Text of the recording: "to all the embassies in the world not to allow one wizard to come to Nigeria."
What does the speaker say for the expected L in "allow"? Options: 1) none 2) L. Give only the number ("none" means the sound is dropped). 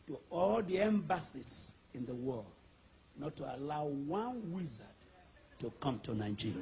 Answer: 2